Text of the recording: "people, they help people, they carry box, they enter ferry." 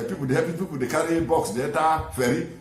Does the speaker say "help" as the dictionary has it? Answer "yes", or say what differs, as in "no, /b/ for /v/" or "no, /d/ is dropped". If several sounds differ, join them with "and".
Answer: no, /l/ is dropped